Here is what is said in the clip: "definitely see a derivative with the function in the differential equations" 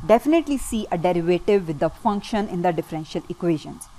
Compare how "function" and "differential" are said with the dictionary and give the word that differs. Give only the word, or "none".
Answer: none